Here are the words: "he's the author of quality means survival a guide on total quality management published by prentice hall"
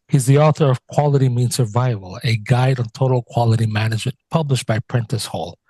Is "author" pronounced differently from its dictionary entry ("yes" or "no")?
no